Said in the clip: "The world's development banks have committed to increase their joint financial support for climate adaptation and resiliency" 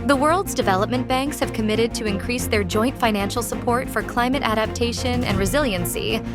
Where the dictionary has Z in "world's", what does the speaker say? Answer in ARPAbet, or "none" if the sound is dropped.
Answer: Z